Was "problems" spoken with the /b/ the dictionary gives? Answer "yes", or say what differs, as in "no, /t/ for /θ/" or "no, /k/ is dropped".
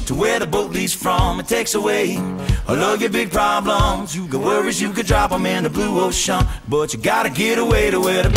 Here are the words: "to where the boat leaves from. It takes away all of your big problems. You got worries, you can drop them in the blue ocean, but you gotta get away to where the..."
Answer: yes